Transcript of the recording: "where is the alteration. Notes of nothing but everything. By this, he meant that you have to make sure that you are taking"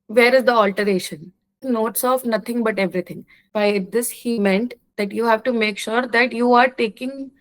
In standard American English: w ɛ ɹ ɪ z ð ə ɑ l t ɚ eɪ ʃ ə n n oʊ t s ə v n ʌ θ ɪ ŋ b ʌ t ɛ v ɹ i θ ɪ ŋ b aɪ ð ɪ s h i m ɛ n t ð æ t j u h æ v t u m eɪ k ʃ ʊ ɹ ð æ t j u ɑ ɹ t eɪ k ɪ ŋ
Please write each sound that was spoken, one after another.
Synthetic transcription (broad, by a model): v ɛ ɹ ɪ z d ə ɑ l t ɚ eɪ ʃ ə n n oʊ t s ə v n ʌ t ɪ ŋ b ʌ t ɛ v ɹ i t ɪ ŋ b aɪ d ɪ s h i m ɛ n t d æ t j u h æ v t u m eɪ k ʃ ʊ ɹ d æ t j u ɑ ɹ t eɪ k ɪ ŋ